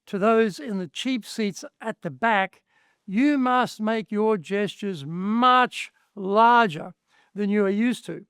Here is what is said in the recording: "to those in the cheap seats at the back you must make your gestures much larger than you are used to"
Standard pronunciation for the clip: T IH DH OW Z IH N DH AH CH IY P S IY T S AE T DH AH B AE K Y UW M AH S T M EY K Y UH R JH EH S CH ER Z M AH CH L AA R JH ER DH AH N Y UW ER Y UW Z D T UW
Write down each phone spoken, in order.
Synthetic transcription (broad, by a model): T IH DH OW Z IH N DH AH CH IY P S IY T S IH T DH AH B AE K Y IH M AH S T M EY K Y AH R JH EH S CH ER Z M AH CH L AA R JH ER DH AH N Y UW ER Y UW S T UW